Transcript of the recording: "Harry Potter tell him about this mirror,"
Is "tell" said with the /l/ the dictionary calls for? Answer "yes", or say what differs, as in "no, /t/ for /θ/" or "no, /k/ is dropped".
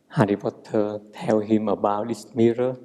no, /w/ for /l/